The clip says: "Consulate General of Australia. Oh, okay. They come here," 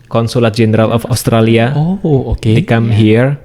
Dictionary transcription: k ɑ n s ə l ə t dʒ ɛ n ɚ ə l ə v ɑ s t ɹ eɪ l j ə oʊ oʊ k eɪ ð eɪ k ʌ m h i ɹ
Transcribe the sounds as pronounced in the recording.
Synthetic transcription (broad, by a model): k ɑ n s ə l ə t dʒ ɛ n ɚ ə l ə f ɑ s t ɹ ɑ l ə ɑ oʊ ɔ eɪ k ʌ m h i ɹ